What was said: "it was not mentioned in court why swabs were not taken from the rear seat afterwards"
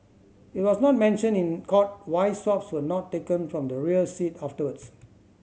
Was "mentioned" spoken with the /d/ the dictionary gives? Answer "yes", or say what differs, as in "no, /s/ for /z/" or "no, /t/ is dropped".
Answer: no, /d/ is dropped